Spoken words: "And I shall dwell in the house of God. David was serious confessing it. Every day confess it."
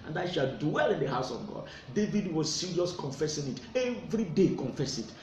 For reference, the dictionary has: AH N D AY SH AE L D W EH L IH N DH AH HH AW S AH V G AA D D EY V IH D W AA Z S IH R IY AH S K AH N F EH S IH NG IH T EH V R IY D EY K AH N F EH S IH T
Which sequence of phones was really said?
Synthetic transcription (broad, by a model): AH N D AY SH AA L D W EH L IH N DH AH HH AW S AH V G AA D D EY V IH D W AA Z S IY R IY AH S K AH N F EH S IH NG IH T EH V R IY D EY K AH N F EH S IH T